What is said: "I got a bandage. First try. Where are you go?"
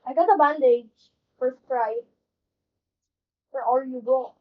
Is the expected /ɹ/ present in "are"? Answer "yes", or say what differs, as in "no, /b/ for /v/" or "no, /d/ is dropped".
no, /l/ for /ɹ/